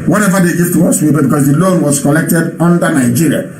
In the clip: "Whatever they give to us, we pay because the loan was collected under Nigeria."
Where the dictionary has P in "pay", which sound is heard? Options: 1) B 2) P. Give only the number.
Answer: 1